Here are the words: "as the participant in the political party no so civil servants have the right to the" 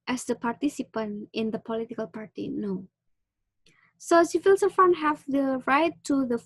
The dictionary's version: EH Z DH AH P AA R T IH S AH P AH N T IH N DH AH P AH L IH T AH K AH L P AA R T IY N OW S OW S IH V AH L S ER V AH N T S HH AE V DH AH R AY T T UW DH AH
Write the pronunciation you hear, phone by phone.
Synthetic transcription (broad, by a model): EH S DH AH P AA R T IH S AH P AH N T IH N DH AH P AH L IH T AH K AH L P AA R T IY N OW S OW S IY F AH L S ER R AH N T HH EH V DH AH R AY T T UW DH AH